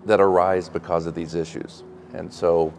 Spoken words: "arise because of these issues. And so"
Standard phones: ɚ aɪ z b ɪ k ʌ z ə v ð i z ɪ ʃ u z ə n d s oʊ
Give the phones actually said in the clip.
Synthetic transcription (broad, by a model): ɚ aɪ z b ɪ k ʌ z ə v ð i z ɪ ʃ u z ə n s oʊ